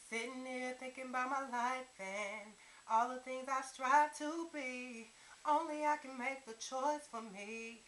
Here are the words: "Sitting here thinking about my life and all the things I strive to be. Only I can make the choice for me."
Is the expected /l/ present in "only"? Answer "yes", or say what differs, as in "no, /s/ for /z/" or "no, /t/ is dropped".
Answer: yes